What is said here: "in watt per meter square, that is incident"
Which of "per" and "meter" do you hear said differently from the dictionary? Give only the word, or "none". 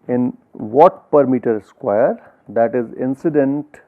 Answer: none